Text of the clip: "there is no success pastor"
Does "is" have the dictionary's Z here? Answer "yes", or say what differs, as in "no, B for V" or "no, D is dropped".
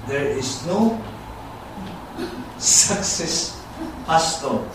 no, S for Z